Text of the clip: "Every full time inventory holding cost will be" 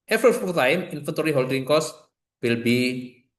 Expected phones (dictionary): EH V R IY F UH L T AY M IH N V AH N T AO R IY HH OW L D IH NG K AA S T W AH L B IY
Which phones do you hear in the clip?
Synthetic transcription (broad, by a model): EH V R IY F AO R T AY M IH N F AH N T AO R IY HH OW L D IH NG K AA S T W AH L B IY